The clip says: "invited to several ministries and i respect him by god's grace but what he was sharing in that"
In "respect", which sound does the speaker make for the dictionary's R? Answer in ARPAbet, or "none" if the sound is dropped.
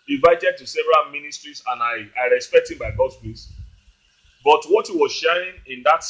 R